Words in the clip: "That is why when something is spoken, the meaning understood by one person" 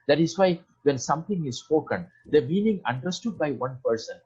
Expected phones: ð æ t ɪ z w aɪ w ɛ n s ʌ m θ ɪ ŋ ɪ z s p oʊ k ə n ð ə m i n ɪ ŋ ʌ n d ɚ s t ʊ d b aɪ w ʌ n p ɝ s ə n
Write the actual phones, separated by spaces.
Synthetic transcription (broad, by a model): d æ t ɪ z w aɪ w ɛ n s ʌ m t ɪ ŋ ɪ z s p oʊ k ə n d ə m i n ɪ ŋ ʌ n d ɚ s t ʊ d b aɪ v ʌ n p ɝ s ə n